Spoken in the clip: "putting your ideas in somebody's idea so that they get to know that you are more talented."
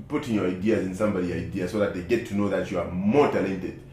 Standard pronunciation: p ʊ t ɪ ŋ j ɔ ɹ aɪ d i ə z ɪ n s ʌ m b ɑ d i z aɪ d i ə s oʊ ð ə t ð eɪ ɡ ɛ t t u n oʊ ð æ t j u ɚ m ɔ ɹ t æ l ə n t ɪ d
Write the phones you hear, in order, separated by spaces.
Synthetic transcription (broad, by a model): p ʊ t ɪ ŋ j ɔ ɹ aɪ d i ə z ɪ n s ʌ m b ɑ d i aɪ d i ə s oʊ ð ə t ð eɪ ɡ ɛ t t u n oʊ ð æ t j u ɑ m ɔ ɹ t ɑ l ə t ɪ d